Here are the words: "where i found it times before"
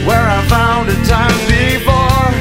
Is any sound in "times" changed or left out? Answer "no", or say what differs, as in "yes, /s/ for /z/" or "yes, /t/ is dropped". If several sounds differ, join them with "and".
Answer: yes, /z/ is dropped